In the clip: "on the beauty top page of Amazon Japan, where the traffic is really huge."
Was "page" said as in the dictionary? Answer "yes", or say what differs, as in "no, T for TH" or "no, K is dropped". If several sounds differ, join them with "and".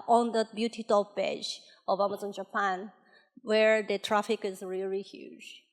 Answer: no, B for P